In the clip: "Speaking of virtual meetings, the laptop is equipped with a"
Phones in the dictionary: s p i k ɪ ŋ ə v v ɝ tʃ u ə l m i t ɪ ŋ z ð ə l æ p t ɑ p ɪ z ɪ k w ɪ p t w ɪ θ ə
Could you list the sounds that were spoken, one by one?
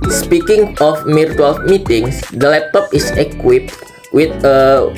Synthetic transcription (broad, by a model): s p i k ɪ ŋ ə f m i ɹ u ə l m i t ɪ ŋ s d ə l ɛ p t ɑ p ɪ s ɪ k w ɪ p t w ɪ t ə